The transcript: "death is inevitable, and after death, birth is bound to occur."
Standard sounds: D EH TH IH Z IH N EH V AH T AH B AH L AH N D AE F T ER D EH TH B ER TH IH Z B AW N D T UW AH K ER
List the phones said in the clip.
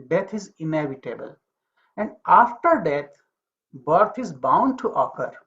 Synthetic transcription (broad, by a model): D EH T IH Z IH N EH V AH T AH B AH L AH N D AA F T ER D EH T B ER T IH Z B AW N D T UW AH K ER